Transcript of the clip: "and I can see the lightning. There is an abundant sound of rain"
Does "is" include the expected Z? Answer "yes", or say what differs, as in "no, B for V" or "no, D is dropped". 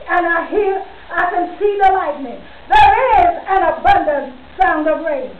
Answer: yes